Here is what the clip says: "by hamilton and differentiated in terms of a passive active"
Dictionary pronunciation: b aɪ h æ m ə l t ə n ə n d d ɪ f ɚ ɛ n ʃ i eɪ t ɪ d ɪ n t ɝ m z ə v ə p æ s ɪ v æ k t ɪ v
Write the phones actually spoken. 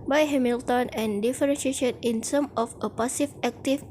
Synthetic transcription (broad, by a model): b aɪ h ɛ m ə l t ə n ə n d d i f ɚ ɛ n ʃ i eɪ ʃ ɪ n ɪ n s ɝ m ə f ə p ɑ s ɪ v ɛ k t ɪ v